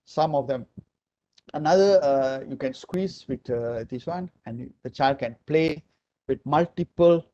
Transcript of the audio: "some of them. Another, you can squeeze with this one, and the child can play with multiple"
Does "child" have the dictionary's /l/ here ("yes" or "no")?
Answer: yes